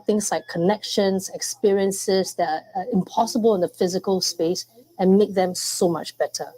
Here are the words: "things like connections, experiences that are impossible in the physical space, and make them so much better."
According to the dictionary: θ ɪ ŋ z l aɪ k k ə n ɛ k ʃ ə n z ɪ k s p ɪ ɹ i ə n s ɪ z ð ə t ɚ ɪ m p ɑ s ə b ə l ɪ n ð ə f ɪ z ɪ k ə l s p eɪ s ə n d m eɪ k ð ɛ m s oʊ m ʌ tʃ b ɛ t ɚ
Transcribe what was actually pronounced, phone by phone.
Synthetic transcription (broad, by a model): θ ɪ ŋ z l aɪ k k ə n ɛ k ʃ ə n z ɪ k s p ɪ ɹ i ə n s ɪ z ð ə t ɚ ɪ m p ɑ s ə b ə l ɪ n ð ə f ɪ z ɪ k ə l s p eɪ s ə n m eɪ k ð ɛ m s oʊ m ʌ tʃ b ɛ t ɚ